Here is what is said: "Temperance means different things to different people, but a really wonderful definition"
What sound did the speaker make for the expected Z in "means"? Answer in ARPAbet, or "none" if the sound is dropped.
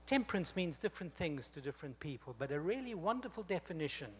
Z